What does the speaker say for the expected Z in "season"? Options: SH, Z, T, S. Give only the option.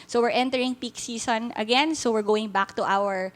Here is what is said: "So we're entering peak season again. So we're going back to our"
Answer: S